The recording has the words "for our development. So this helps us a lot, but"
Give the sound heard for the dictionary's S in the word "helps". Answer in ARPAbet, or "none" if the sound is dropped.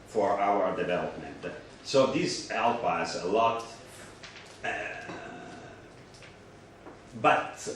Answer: none